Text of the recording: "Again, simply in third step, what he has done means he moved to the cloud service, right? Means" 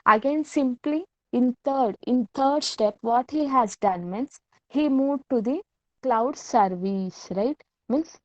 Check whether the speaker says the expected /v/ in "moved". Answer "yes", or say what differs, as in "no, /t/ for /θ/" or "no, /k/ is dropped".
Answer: no, /v/ is dropped